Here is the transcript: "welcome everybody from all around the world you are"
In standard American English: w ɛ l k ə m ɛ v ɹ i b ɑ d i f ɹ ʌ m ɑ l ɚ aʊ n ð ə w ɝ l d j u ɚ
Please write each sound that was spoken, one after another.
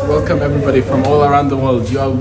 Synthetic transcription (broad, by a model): w ɛ l k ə m ɛ v ɹ i b ɑ d i f ɹ ʌ m ɑ l ɚ aʊ n ð ə w ɝ l d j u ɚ